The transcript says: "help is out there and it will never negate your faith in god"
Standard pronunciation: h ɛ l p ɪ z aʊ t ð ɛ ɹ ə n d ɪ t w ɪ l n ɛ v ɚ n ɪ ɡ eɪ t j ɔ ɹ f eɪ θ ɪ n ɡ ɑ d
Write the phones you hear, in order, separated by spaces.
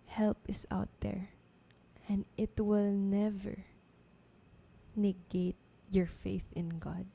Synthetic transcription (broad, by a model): h ɛ l p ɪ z aʊ t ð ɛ ɹ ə n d ɪ t w ɪ l n ɛ v ɚ n ɪ ɡ eɪ t j ɔ ɹ f eɪ θ ɪ n ɡ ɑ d